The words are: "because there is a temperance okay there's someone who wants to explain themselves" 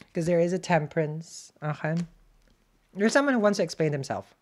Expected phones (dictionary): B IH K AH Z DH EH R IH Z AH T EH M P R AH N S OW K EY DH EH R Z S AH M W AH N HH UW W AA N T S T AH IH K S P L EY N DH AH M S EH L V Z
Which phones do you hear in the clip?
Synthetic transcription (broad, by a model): K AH Z DH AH R IH Z AH T EH M P R AH N S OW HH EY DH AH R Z S AH M W AH N HH UW W AA N T S T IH K S P L EY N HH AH M S EH L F